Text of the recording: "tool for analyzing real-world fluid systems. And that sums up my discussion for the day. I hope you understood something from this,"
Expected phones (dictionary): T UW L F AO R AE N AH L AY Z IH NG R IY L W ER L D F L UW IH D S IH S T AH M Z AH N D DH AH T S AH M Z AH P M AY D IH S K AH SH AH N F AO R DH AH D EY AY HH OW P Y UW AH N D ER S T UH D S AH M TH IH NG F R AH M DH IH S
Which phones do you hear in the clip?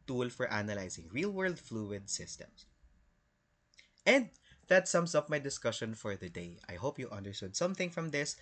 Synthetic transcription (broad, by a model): T UW L F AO R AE N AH L AY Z IH NG R IY L W ER L D F L UW IH D S IH S T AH M S AH N D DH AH T S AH M S AH P M AY D IH S K AH SH AH N F AO R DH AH D EY AY HH OW P Y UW AH N D ER S T UH D S AH M TH IH NG F R AH M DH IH S